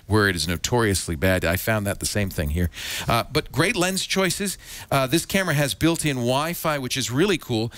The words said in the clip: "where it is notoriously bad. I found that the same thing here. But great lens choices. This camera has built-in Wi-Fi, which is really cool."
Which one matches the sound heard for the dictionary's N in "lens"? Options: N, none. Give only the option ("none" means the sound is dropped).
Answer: N